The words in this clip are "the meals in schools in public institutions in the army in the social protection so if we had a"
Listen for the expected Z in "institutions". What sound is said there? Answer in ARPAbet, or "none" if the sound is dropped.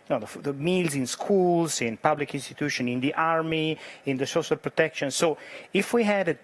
none